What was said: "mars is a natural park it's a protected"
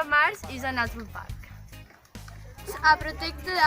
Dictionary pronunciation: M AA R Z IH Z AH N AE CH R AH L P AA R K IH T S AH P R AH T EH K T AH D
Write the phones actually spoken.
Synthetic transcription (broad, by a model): M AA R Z IH Z AH N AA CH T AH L P AA R K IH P R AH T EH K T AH